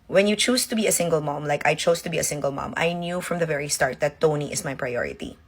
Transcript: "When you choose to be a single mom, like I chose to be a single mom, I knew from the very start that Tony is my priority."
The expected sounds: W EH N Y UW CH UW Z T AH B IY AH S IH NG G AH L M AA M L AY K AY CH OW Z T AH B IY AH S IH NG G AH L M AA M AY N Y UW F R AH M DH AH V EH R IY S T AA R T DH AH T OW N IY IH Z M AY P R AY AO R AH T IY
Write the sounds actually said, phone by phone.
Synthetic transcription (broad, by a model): W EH N Y UW CH UW S T AH B IY AH S IH NG G AH L M AA M L AY K AY CH OW S T AH B IY AH S IH NG G AH L M AA M AY N Y UW F R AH M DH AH V EH R IY S T AA R T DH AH T OW N IY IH S M AY P R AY AO R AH T IY